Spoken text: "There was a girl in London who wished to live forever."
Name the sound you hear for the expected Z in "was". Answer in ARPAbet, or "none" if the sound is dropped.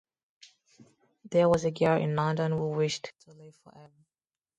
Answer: Z